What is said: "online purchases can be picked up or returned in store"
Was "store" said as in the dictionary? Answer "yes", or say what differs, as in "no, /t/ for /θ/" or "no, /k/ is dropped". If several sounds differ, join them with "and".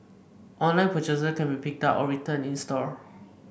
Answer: yes